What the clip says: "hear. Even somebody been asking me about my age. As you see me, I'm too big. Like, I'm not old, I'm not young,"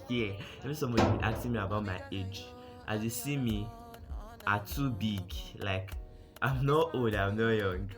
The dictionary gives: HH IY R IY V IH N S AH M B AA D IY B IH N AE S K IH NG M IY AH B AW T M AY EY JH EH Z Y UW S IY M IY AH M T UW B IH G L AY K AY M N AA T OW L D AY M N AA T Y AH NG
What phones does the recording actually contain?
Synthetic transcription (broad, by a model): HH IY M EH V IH S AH M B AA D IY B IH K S IH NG M IY AH B AW T M AY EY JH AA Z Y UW S IY M IY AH T UW B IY G L AY K AY M N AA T OW L D AY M N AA Y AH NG